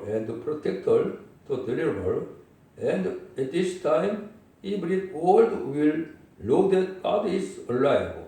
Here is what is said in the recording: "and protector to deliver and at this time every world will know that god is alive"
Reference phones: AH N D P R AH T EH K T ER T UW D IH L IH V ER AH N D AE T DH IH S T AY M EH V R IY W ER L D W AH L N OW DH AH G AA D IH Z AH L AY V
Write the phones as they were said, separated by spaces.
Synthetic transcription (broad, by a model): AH N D P R AH T EH K T ER T UW D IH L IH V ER AH N D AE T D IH S T AY M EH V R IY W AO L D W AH L L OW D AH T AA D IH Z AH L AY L